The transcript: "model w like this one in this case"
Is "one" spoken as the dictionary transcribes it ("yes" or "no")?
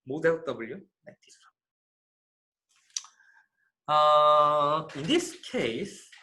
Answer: no